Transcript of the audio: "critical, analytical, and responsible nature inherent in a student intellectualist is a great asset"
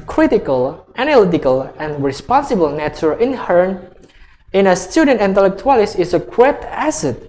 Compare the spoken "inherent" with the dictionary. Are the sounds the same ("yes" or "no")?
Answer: no